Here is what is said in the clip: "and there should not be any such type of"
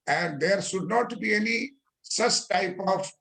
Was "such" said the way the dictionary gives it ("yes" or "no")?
no